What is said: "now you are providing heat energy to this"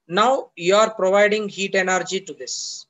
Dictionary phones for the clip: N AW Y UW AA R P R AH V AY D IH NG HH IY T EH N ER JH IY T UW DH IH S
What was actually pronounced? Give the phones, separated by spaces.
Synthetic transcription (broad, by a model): N AW Y UW AA R P R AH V AY D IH NG HH IY T EH N ER JH IY T UW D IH S